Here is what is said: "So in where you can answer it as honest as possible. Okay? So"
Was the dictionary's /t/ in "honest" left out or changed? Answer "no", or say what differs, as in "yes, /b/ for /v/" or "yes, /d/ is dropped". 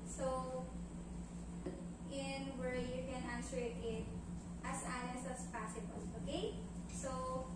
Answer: yes, /t/ is dropped